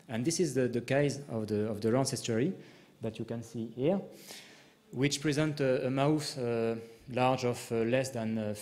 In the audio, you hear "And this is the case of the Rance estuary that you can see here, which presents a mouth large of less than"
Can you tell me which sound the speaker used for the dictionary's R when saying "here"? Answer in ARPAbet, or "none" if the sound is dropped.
R